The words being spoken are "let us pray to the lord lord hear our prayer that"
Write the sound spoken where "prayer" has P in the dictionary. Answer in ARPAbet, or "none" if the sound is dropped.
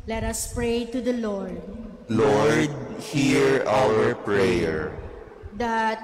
P